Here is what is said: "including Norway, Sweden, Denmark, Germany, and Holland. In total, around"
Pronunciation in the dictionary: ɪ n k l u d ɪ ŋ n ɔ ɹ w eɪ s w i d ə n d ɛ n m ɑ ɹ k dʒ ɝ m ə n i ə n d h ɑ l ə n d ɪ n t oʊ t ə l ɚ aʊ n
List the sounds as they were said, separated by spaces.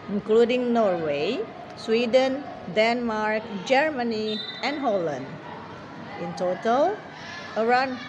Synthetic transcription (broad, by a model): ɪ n k l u d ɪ ŋ n ɔ ɹ w eɪ s w i d ə n d ɛ n m ɑ ɹ k dʒ ɝ m ə n i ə n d h ɑ l ə n d ɪ n t oʊ t ə l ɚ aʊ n